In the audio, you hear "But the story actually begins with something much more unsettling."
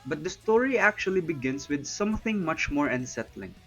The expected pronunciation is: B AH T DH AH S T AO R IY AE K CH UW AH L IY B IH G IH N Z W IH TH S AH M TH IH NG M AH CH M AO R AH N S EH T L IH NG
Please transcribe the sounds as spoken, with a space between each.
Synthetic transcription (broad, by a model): B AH T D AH S T AO R IY AE K CH UW AH L IY B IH G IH N S W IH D S AH M TH IH NG M AH CH M AO R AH N S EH T L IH NG